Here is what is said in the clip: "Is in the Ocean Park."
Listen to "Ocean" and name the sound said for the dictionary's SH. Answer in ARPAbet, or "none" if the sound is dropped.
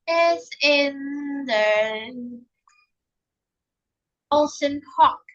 S